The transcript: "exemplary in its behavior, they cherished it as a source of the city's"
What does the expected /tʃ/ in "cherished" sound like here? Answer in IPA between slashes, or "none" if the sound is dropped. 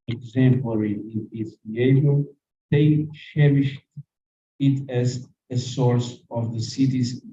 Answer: /ʃ/